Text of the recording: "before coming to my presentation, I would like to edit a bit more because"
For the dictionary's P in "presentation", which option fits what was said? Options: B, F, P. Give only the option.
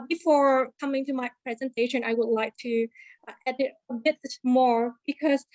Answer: P